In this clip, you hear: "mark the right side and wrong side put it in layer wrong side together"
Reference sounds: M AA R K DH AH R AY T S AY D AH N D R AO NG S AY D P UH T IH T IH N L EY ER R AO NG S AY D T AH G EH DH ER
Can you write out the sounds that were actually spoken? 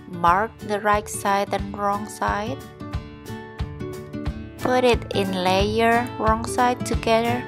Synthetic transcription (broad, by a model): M AA R K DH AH R AY T S AY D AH N R AO NG S AY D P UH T IH T IH N L EY ER R AO NG S AY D T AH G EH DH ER